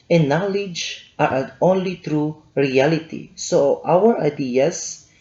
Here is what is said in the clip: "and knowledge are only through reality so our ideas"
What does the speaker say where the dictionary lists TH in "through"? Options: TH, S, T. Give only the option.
T